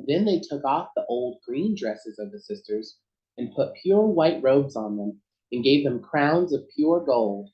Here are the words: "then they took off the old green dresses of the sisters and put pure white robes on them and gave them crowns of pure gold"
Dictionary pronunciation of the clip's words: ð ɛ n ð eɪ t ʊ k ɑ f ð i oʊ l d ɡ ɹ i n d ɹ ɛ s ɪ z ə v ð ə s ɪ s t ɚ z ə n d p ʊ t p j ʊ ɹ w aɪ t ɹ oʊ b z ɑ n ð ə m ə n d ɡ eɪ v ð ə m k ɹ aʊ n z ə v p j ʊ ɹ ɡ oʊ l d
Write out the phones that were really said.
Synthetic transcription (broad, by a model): ð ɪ n ð eɪ t ʊ k ɑ f ð i oʊ l d ɡ ɹ i n d ɹ ɛ s ɪ z ə v ð ə s ɪ s t ɚ z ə n p ʊ t p j ʊ ɹ w aɪ t ɹ oʊ b z n ð ə m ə n ɡ eɪ v ð ə m k ɹ aʊ n z ə v p j ʊ ɹ ɡ oʊ l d